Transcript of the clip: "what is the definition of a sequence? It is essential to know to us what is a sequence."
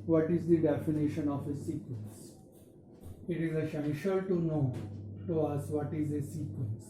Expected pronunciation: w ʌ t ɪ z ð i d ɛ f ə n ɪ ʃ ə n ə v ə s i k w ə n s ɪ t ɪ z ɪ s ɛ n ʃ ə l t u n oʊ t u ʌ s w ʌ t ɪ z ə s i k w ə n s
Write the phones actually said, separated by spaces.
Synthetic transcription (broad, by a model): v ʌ t ɪ z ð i d ɛ f ə n ɪ ʃ ə n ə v ə s i k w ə n s ɪ t ɪ z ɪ ʃ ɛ ʃ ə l t u n oʊ t u ʌ s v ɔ t ɪ z ə s i k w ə n s